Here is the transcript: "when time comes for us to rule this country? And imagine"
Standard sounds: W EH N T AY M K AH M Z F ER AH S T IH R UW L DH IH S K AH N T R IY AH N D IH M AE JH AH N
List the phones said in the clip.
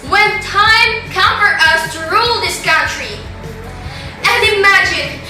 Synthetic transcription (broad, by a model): W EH N T AY M K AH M F ER AH S T IH R UW L DH IH S K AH N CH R IY AH N D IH M AE JH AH N